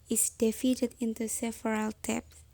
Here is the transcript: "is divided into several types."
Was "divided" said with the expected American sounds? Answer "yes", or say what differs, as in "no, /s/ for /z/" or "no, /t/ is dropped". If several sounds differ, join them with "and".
no, /f/ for /v/